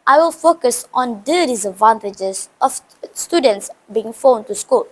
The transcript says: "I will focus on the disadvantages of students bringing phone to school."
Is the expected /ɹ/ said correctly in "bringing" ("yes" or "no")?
no